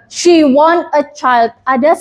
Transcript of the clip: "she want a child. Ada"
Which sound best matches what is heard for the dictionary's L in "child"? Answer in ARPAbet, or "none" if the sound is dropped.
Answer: L